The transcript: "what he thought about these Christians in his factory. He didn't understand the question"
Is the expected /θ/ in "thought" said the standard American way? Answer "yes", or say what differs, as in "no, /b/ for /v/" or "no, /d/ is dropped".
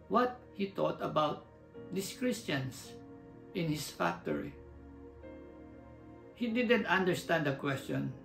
no, /t/ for /θ/